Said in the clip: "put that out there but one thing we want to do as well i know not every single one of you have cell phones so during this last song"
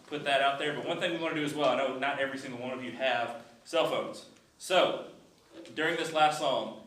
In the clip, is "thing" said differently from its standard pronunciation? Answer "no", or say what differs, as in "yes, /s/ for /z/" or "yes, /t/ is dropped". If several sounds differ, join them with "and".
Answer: no